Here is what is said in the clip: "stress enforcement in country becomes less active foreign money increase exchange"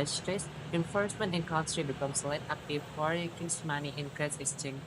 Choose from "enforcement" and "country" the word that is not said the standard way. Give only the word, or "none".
country